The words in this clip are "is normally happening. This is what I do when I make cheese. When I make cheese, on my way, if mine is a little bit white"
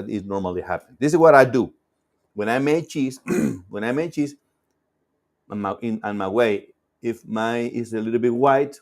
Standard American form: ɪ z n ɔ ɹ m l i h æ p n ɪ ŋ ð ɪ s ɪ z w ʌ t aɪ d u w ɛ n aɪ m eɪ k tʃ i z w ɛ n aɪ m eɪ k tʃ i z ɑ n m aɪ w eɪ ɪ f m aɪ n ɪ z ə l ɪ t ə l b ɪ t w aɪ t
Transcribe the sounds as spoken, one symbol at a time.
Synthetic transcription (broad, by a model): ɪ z n ɔ ɹ m l i h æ p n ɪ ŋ ð ɪ s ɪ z w ʌ t aɪ d u w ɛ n aɪ m eɪ tʃ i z w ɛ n aɪ m eɪ tʃ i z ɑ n m aɪ w eɪ ɪ f m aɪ ɪ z ə l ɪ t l b ɪ t w aɪ t